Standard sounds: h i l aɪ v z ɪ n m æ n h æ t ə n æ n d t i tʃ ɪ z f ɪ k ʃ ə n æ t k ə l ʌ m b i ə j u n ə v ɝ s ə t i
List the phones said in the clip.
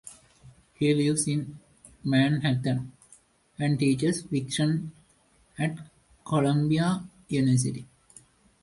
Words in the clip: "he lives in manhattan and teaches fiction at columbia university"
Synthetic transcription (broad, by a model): h i l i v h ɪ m m æ n h æ t ə n æ n d t i tʃ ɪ s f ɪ k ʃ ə n æ t k ə l ʌ m b i ə j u n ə v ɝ s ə t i